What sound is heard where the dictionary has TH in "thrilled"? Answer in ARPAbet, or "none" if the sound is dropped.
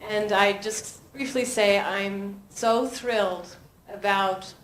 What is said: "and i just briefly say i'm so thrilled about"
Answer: TH